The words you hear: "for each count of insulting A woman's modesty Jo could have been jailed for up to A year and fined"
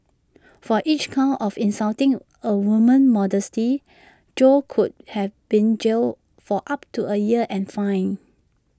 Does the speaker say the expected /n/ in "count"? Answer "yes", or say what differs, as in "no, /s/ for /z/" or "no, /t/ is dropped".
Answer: no, /n/ is dropped